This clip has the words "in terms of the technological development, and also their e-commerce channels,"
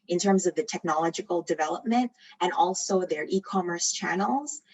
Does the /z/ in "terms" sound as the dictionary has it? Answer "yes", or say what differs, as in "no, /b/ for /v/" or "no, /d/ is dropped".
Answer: yes